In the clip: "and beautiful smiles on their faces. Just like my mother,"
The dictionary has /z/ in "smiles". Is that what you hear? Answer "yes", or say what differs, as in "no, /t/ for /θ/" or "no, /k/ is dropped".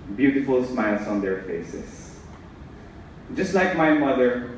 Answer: no, /s/ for /z/